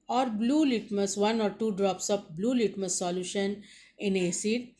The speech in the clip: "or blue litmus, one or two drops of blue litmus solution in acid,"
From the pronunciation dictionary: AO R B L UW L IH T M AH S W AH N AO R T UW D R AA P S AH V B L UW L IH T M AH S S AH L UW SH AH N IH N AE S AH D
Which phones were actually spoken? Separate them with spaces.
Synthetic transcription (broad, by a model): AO R B L UW L IH T M AH S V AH N AO R T UW D R AA P S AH P B L UW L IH T M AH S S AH L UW SH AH N IH N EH S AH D